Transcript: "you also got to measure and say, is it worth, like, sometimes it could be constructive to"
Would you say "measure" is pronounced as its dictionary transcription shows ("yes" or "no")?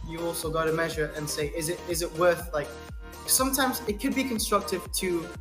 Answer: yes